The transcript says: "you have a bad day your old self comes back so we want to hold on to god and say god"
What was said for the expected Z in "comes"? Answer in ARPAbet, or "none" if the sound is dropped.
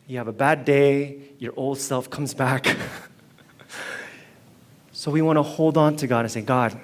Z